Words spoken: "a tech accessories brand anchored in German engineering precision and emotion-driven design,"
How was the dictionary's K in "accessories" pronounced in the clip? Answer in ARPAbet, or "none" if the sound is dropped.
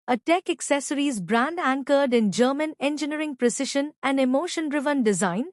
K